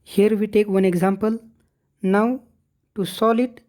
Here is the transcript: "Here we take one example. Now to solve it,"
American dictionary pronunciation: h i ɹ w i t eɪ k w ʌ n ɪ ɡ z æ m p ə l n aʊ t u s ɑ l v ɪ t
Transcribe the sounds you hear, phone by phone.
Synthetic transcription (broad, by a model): h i ɹ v i t eɪ k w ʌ n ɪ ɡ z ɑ m p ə l n aʊ t u s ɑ l ɪ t